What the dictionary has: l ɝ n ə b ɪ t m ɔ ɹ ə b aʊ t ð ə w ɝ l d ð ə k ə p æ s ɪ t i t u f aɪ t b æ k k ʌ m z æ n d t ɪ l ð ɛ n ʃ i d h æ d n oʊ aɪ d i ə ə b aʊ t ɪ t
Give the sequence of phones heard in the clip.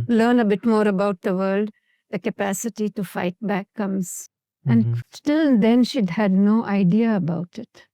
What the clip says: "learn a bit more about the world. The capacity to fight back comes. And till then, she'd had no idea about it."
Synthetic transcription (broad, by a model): l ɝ n ə b ɪ t m ɔ ɹ ə b aʊ t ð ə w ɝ l d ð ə k ə p æ s ɪ t i t u f aɪ t b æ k k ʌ m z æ n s t ɪ l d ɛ n ʃ i d h æ d n oʊ aɪ d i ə ə b aʊ t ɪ t